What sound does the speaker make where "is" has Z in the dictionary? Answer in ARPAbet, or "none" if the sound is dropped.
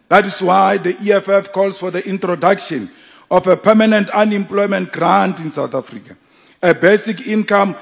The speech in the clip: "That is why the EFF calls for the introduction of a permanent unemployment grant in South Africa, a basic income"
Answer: S